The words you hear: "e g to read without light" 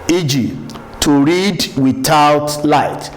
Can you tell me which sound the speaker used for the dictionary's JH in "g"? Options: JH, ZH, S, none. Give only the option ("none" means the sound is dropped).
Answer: JH